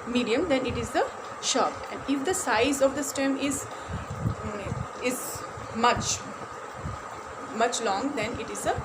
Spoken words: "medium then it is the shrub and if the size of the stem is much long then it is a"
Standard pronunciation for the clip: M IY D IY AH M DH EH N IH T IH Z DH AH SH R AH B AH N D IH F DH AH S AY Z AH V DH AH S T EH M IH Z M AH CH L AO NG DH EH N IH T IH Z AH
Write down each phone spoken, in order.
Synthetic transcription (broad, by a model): M IY D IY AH M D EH N IH T IH Z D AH SH AH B AH N D IH F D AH S AY Z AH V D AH S T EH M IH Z M AH CH L AO NG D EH N IH T IH Z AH